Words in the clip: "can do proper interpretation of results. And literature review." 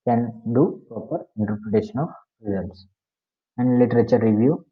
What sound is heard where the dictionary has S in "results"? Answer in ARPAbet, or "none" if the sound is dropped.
S